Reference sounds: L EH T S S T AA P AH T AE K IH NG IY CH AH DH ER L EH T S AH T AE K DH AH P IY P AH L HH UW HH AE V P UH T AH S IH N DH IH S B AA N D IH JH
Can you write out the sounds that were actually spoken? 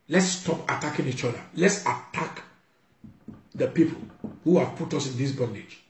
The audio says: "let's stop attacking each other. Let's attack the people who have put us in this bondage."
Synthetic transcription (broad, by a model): L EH T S S T AA P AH T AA K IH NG IY CH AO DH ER L EH T S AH T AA K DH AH P IY P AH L HH UW HH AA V P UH T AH S IH N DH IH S B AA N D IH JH